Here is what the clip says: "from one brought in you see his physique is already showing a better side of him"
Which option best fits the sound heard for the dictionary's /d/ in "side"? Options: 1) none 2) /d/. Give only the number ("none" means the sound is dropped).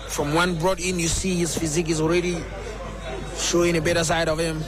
2